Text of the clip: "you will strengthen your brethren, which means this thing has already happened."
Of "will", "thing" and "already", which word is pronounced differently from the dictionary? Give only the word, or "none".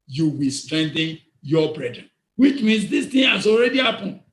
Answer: thing